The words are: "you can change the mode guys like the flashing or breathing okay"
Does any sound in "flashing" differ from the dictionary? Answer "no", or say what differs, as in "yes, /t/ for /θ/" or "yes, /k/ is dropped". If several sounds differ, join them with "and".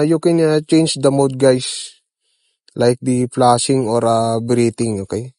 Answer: yes, /p/ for /f/ and /s/ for /ʃ/